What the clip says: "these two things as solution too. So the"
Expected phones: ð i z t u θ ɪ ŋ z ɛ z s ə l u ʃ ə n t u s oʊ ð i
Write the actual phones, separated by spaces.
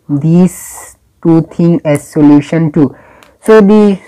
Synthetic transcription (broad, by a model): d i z t u t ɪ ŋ ɛ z s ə l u ʃ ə n t u s oʊ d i